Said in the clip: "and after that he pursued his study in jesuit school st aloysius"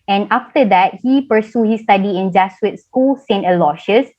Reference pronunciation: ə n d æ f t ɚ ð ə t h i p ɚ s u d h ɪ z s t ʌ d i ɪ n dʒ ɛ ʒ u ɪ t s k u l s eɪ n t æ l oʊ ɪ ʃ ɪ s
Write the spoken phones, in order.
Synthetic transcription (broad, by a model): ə n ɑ f t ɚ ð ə t h i p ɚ s u h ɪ s t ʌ d i ɪ n dʒ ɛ s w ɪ t s k u l s eɪ n t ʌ l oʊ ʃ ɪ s